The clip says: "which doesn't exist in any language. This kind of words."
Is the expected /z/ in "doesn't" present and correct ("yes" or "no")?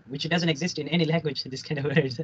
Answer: yes